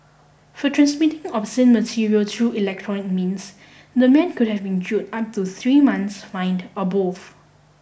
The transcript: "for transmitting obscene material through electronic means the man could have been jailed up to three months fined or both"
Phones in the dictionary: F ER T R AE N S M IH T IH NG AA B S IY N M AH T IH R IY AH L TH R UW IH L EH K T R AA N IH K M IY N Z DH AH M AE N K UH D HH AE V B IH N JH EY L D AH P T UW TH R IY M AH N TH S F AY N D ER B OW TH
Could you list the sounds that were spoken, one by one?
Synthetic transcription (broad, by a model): F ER T R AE N S M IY T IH NG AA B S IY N M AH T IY R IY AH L T R UW IH L EH K T R AA N IH K M IY N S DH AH M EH N K UH D HH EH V B IH N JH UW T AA P T UW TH R IY M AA N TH S F AY N D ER B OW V